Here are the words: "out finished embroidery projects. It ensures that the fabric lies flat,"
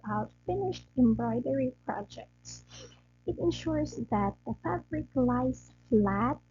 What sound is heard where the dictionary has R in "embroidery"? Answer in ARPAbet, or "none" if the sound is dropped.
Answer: R